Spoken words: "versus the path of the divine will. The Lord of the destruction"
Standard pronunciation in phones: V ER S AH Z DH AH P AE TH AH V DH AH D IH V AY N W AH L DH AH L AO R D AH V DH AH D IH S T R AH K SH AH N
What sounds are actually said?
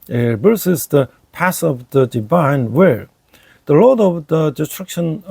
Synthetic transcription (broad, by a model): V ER S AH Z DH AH P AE S AH V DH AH D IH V AY N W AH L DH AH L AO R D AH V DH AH D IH S T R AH K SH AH N